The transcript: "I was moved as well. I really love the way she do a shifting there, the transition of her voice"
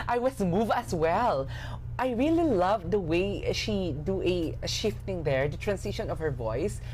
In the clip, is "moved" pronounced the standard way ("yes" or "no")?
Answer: no